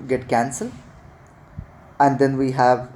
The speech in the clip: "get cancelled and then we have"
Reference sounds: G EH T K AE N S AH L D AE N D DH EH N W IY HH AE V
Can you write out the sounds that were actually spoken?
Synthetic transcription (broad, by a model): G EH T K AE N S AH L AE N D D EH N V IY HH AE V